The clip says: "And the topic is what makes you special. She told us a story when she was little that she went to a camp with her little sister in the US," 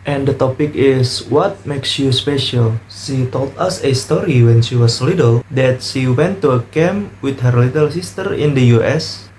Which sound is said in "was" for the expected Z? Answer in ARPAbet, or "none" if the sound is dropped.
S